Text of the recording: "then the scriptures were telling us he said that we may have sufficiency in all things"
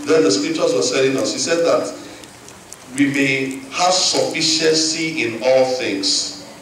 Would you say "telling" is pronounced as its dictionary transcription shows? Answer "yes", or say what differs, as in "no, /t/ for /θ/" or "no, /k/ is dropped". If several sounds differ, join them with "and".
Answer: no, /s/ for /t/